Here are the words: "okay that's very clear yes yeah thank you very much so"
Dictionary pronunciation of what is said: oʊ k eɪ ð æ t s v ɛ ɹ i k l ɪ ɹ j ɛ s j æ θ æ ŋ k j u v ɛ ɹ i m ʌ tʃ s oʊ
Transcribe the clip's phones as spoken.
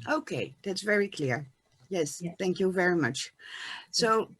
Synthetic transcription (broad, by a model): oʊ k eɪ ð æ t s v ɛ ɹ i k l ɪ ɹ j ɛ s θ æ ŋ k j u v ɛ ɹ i m ʌ tʃ s oʊ